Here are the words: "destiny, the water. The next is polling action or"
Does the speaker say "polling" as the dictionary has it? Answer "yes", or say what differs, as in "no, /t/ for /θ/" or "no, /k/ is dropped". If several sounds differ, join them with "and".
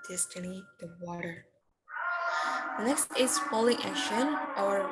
no, /f/ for /p/